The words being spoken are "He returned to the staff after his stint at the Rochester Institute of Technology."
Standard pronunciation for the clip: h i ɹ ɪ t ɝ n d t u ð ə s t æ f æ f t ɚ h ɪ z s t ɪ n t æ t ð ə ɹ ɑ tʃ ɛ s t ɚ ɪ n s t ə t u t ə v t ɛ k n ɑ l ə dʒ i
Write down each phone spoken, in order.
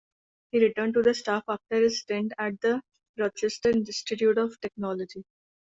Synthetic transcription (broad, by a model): h i ɹ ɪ t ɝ n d t u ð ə s t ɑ f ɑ f t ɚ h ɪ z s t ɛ n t æ t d ə ɹ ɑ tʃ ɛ s t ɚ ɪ s t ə t u t ə v t ɛ k n ɑ l ə dʒ i